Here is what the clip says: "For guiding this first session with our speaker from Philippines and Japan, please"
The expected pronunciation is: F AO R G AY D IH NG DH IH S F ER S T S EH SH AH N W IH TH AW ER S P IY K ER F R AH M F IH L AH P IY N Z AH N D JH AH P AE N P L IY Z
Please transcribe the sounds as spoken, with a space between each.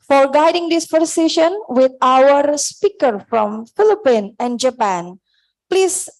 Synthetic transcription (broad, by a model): F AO R G AY D IH NG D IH S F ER T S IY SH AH N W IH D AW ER S P IY K ER F R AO M F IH L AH P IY N AH N D JH AH P AE N P L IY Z